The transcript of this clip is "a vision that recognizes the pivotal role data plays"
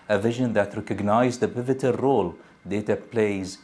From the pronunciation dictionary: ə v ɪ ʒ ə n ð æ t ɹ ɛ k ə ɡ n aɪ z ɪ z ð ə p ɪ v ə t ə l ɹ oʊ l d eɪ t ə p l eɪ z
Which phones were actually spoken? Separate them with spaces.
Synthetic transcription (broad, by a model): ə v ɪ ʒ ə n ð æ t ɹ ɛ k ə ɡ n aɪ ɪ z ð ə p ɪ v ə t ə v ɹ oʊ l d eɪ t ə p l eɪ z